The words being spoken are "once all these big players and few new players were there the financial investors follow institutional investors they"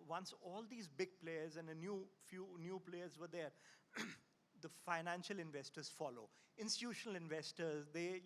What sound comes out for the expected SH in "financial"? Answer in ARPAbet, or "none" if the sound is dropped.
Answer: SH